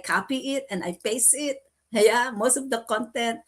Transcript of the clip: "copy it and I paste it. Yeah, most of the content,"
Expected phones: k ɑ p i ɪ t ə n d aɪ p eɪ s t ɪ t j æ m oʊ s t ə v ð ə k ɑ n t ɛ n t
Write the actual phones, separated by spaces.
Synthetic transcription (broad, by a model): k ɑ p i ɪ t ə n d aɪ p eɪ s ɪ t j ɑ m oʊ s t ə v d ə k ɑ n t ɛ n t